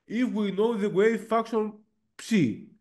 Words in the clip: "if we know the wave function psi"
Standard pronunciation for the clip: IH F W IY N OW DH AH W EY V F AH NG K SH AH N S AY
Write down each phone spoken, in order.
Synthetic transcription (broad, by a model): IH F W IY N OW DH AH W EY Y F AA K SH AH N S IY